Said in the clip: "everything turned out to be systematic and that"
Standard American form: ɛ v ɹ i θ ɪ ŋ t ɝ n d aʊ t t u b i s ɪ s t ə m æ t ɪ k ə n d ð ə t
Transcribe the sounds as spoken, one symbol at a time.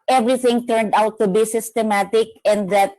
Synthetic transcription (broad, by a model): ɛ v ɹ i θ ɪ ŋ t ɝ n d aʊ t t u b i s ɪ s t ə m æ t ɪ k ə n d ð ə t